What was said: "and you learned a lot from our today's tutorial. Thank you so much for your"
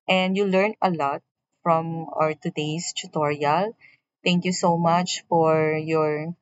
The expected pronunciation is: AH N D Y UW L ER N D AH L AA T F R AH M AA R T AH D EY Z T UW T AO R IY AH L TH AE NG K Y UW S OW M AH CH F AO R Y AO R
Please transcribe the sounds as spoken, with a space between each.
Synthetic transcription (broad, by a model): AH N D Y UW L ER N AH L AA T F R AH M AA R T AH D EY S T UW T AO R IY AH L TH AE NG K Y UW S OW M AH CH F AO R Y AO R